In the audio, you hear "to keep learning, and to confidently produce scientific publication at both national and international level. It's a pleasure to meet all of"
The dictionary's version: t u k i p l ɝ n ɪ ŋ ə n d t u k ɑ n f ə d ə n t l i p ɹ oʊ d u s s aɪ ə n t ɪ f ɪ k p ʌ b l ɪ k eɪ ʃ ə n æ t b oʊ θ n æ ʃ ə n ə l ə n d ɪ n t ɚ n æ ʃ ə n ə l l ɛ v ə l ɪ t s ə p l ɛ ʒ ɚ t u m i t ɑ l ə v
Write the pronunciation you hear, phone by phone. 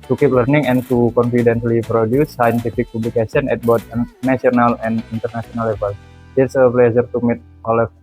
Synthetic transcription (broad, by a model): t u k i p l ɝ n ɪ ŋ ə n t u k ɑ n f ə d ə n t l i p ɹ oʊ d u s s aɪ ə n t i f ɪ k p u b l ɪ k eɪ s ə n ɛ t b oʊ t n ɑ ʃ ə n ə l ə n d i n t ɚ n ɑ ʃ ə n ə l l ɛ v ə l ɪ t s ə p l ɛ z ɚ t u m i t ɑ l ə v